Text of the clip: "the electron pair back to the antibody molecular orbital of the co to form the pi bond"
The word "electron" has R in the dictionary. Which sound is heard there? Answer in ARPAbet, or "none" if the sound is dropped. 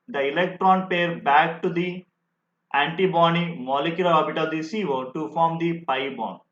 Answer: R